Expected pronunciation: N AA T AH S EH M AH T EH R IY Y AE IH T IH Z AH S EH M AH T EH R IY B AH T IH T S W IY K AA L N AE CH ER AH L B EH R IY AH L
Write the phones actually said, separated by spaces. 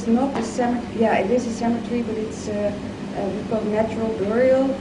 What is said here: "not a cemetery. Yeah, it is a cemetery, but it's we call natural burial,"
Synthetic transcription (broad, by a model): N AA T AH S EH M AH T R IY Y AE IH T IH Z AH S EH M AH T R IY B AH T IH T S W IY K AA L N AE CH ER AH L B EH R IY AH L